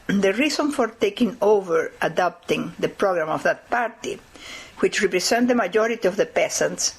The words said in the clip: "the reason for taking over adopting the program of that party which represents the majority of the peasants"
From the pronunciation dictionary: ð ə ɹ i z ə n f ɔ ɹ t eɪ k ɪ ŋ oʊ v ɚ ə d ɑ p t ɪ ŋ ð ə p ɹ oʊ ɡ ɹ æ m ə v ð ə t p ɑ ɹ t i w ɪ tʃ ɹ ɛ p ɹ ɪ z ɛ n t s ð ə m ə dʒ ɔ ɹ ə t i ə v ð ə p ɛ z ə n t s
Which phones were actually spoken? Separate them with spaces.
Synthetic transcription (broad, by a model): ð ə ɹ i s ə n f ɔ ɹ t eɪ k ɪ ŋ oʊ v ɚ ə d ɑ p t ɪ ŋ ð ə p ɹ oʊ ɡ ɹ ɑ m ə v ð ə t p ɑ ɹ t i w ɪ tʃ ɹ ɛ p ɹ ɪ s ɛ n t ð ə m ə dʒ ɔ ɹ ə t i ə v ð ə p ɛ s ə n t s